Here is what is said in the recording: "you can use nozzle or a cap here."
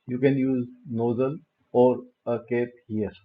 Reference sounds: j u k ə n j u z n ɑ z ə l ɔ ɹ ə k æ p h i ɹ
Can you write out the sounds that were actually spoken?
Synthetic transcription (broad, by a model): j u k ə n j u z n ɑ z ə l ɔ ɹ ə k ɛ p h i ɹ